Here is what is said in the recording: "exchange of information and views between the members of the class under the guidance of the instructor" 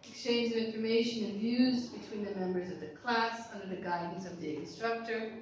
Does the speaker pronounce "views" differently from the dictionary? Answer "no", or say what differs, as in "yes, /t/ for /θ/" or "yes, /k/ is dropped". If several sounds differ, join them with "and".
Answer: no